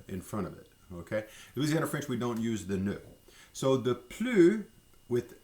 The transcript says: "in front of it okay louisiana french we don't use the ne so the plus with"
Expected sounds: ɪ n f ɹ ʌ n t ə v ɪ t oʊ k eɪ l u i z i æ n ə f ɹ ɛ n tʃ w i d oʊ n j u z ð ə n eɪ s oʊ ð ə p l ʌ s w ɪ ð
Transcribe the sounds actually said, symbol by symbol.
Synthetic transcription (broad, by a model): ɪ n f ɹ ʌ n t ə v ɪ t oʊ k eɪ w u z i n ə f ɹ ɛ n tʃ w i d oʊ n j u z ð ə n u s oʊ ð ə p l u w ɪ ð